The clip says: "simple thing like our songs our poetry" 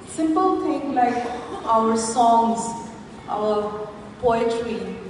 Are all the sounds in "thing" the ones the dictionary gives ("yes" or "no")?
no